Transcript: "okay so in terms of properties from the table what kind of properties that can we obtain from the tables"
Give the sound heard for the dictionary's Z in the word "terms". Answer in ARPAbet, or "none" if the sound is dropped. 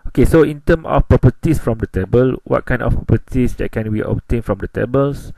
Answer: none